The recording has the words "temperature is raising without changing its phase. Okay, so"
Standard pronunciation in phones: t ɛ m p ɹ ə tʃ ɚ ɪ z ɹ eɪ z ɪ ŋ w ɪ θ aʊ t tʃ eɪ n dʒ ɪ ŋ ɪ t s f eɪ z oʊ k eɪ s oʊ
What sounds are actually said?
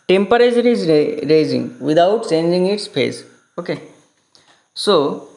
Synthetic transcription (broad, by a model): t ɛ m p ɹ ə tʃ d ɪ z ɹ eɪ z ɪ ŋ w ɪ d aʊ t tʃ eɪ n dʒ ɪ ŋ ɪ t s p eɪ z oʊ k eɪ s oʊ